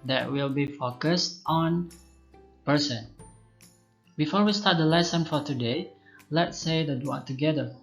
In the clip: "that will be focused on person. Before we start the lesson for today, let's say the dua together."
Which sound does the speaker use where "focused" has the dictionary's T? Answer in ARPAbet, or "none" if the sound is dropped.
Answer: T